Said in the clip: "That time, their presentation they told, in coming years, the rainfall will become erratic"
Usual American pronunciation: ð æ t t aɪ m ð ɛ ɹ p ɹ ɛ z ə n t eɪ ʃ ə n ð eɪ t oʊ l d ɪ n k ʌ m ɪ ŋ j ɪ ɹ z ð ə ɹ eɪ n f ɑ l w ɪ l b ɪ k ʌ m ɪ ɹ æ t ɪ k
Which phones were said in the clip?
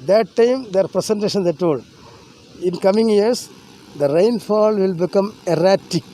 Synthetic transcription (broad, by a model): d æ t t aɪ m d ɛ ɹ p ɹ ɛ s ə n t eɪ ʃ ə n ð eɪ t oʊ l d ɪ n k ʌ m ɪ ŋ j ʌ ɹ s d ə ɹ eɪ n f ɑ l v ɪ l b ɪ k ʌ m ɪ ɹ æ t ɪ k